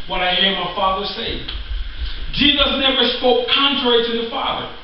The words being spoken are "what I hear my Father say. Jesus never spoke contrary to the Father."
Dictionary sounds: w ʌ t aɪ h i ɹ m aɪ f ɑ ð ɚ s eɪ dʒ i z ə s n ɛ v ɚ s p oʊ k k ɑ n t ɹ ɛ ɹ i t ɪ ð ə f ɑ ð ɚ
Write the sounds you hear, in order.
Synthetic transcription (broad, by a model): w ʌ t aɪ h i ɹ m aɪ f ɑ ð ɚ s eɪ dʒ i z ə s n ɛ v ɚ s p oʊ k k ɑ n t ɹ ɛ ɹ i t ɪ ð ə f ɑ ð ɚ